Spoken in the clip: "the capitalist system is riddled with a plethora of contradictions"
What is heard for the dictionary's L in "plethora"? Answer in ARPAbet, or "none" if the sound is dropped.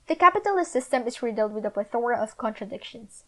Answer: none